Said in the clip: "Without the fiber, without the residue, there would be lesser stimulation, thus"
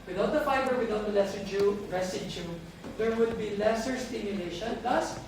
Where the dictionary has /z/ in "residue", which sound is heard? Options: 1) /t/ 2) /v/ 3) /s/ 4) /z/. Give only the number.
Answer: 3